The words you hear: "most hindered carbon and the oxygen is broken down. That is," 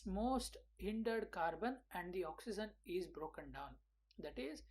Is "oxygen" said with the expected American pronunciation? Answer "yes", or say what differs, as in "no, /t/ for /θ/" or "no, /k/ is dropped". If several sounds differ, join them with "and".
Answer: yes